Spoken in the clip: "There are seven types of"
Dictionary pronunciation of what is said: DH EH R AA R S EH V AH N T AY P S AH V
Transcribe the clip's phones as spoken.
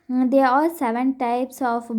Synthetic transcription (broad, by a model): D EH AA L S EH V AH N T AY P S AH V